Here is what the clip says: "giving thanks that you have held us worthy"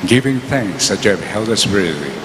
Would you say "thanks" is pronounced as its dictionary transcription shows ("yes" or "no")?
yes